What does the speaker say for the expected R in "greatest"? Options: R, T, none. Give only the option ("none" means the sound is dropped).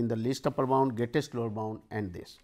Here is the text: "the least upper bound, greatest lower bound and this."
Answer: none